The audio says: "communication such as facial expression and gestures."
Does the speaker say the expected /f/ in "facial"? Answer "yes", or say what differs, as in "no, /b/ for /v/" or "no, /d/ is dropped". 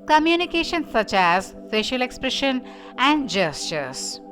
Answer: no, /p/ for /f/